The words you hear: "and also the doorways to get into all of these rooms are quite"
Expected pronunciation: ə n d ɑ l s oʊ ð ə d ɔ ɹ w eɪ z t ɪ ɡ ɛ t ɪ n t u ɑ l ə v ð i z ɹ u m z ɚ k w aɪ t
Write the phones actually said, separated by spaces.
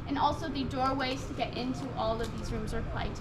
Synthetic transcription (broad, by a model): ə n ɑ l s oʊ ð ə d ɔ ɹ w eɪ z t ɪ ɡ ɛ t ɪ n t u ɑ l ə v ð i z ɹ u m z ɚ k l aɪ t